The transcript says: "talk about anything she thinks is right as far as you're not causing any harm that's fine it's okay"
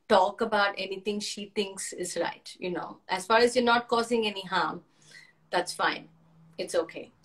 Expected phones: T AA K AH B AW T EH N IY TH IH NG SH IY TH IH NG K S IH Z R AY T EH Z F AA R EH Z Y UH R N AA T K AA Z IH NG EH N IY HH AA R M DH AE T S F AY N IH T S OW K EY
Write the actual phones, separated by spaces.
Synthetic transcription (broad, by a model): T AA K AH B AW T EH N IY T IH NG SH IY T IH NG K S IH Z R AY T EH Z F AA R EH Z Y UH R N AA T K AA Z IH NG EH N IY HH AA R M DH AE T S F AY N IH T S OW K EY